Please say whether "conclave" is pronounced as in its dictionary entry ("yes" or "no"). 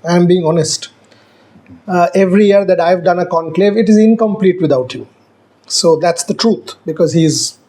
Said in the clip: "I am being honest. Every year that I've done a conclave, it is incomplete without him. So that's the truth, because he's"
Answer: yes